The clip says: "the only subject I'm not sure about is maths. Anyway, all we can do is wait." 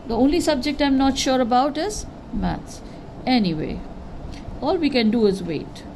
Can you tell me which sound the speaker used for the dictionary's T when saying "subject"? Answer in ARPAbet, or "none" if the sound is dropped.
T